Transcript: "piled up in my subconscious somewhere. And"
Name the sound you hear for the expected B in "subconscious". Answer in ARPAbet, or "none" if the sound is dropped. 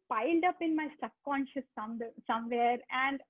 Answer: none